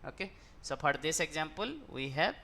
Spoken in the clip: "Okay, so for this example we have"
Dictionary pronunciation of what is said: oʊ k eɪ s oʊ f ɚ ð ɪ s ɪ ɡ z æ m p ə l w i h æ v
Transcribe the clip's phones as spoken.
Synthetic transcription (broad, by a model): oʊ k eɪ s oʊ p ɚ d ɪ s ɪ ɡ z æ m p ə l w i h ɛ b